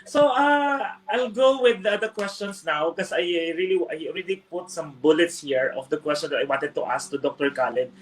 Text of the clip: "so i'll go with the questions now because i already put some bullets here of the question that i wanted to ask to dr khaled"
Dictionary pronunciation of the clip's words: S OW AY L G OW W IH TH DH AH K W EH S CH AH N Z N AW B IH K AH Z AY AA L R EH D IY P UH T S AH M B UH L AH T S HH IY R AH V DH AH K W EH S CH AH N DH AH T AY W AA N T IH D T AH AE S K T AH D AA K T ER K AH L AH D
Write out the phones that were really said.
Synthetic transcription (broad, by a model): S OW AY L G OW W IH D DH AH K W EH S CH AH N S N AW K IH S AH AY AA L R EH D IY P UH T S AH M B UH L AH T S HH IY R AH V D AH K W EH S CH AH N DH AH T AY W AA N T IH D T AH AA S K T AH D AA K T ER K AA L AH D